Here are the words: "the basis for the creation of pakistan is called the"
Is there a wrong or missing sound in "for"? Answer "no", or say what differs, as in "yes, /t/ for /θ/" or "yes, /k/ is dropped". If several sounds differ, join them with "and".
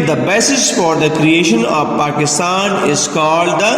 no